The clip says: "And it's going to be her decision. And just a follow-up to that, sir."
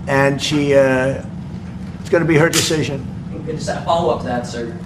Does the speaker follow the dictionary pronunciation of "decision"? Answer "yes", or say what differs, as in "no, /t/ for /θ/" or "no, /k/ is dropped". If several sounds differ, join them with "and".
yes